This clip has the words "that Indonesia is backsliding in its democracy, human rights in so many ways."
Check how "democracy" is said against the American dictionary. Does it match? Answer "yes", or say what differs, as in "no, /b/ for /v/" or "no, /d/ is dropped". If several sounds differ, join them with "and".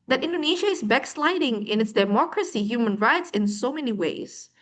yes